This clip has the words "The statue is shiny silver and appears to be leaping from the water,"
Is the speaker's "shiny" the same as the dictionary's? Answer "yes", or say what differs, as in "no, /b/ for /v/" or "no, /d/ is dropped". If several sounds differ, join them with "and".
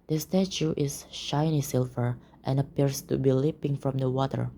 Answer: yes